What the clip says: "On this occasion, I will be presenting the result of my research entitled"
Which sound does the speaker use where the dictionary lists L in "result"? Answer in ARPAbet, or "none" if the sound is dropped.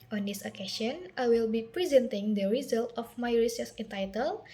L